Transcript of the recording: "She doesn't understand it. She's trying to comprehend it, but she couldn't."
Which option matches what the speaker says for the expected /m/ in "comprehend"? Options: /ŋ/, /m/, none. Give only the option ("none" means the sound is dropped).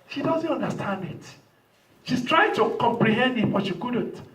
/m/